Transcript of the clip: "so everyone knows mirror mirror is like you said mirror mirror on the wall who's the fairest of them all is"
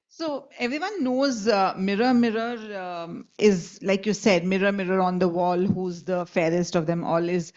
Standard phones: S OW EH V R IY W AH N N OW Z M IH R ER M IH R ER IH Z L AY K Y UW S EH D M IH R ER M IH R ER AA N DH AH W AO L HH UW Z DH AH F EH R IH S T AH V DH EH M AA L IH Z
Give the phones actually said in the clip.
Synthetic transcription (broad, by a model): S OW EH V R IY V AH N N OW Z M IH R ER M IH R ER IH Z L AY K Y UW S EH D M IH R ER M IH R ER AA N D AH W AO L HH UW Z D AH F EH R IH S T AH V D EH M AA L IH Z